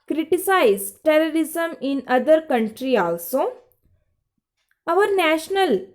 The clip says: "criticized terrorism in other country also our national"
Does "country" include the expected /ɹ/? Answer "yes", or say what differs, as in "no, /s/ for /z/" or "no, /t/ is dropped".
yes